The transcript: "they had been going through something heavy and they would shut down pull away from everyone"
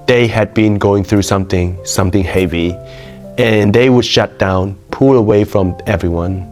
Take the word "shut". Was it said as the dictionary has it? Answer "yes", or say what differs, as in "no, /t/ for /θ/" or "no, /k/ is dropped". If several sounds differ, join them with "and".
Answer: yes